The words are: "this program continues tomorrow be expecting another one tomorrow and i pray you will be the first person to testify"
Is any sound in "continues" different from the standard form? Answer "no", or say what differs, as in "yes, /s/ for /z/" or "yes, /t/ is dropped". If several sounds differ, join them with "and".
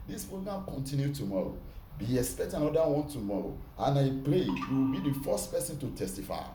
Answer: yes, /z/ is dropped